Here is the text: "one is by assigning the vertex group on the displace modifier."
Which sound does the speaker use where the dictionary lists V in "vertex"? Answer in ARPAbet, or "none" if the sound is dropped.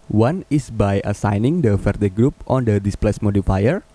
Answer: F